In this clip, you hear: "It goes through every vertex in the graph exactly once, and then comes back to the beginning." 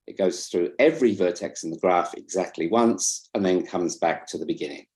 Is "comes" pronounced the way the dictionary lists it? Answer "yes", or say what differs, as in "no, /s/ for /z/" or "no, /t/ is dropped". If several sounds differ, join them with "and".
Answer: yes